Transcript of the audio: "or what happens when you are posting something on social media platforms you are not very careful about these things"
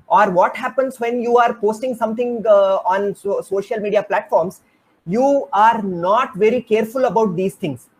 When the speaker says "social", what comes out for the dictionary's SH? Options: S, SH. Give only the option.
SH